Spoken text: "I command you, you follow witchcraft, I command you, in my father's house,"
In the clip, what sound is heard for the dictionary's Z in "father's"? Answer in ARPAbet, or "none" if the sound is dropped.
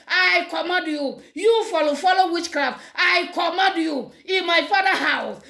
none